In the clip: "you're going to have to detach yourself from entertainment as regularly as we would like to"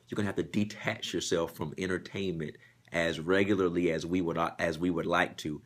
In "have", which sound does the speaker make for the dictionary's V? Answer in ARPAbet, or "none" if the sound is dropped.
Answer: F